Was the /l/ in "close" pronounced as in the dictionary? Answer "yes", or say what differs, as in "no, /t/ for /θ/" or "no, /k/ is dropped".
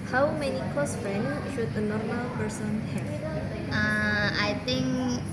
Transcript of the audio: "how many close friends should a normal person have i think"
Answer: no, /l/ is dropped